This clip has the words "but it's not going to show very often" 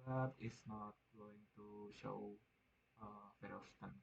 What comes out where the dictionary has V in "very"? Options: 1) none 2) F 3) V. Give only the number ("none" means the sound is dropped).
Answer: 2